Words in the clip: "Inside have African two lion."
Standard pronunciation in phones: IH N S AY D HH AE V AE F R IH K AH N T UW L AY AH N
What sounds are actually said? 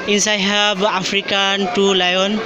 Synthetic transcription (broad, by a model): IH N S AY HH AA B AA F R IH K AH N T UW L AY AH N